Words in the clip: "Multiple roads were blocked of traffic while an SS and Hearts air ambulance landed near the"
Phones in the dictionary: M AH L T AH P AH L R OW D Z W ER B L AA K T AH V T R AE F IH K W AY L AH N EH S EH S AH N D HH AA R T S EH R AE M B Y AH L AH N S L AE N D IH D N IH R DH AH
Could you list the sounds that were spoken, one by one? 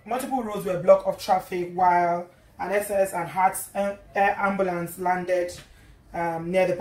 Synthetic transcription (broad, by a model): M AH L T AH P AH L R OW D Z W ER B L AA K AH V T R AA F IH K W AY L AH N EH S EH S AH N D HH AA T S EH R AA M B Y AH L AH N S L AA N D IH D N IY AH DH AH